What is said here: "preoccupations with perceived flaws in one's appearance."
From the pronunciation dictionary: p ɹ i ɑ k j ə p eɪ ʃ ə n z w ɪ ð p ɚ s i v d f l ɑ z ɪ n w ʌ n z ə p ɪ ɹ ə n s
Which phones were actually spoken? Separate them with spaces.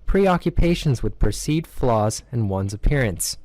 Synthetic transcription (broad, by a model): p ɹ i ɑ k j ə p eɪ ʃ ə n z w ɪ ð p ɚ s i d f l ɑ z ɪ n w ʌ n z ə p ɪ ɹ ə n s